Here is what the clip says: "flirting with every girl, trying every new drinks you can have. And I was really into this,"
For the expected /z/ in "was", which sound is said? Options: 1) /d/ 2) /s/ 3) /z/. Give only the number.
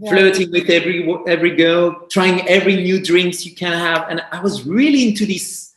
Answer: 3